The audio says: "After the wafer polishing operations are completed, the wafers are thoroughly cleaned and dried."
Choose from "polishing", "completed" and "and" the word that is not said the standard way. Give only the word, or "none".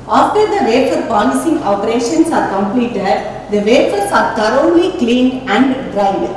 polishing